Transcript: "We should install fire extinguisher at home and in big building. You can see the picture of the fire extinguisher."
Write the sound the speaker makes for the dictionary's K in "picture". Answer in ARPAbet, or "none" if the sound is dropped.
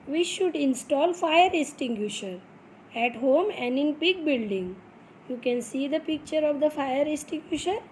K